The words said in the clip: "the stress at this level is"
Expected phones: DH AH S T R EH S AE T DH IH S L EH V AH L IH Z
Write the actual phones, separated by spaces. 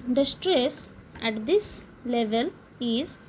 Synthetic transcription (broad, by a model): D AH S T R EH S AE T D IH S L EH V AH L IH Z